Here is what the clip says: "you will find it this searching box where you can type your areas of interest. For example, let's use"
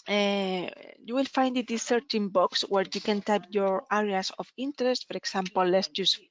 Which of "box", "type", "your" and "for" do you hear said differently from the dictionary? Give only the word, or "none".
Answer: none